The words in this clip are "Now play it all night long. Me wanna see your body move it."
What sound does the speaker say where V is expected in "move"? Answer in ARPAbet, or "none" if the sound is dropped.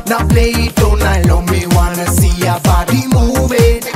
B